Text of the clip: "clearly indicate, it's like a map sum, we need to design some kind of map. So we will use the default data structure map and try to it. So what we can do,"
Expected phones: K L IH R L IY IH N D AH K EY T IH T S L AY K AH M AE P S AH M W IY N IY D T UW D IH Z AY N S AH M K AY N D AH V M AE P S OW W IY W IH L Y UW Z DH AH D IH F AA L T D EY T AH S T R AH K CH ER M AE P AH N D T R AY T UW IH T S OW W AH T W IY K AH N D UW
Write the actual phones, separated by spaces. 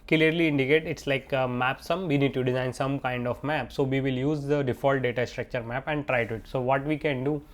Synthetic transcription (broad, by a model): K L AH R L IY IH N D AH K EY T IH T S L AY K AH M AE P S AH M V IY N IY D T UW D IH Z AY N S AH M K AY N D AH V M AE P S OW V IY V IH L Y UW Z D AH D IH F AA L T D EY T AH S T R AH K CH ER M AE P AH N D T R AY T UW IH T S OW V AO T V IY K AH N D UW